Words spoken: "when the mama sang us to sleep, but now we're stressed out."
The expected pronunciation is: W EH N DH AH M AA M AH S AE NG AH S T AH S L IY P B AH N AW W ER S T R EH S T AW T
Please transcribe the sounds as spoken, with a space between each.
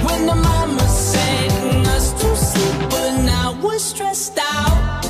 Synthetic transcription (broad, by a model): W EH N DH AH M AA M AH S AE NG AH S T AH S IY B AH N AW W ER S T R EH S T AW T